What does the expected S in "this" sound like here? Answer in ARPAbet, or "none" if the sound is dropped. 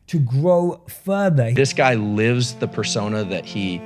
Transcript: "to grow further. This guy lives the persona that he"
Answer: S